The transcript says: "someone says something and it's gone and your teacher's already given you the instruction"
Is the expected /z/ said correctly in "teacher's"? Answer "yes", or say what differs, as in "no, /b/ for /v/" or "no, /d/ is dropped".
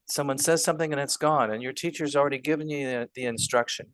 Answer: yes